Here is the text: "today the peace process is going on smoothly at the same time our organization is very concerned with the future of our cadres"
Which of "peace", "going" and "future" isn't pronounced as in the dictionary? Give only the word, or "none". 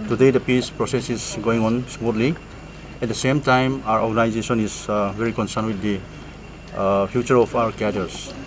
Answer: future